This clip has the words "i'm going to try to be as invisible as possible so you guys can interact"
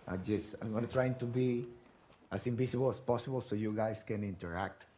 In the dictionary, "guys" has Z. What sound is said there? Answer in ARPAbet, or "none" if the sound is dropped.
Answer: S